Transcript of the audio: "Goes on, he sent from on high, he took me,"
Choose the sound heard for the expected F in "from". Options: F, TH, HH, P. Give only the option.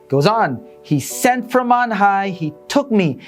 F